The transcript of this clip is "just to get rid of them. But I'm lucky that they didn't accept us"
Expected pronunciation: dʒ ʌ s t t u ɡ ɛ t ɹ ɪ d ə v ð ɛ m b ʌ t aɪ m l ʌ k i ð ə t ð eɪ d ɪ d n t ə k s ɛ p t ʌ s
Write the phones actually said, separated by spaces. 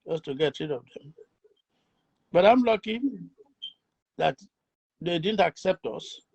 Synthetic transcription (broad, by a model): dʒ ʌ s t t u ɡ ɛ t ɹ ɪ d ə v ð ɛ m b ʌ t aɪ m l ʌ k i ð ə t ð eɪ d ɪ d n t ə k s ɛ p t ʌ s